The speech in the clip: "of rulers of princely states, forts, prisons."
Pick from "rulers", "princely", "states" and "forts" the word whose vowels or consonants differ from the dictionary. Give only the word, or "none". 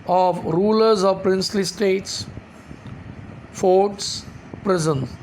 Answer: none